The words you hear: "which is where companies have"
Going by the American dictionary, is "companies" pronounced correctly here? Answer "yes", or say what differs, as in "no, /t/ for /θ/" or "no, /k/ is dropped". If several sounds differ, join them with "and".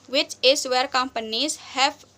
yes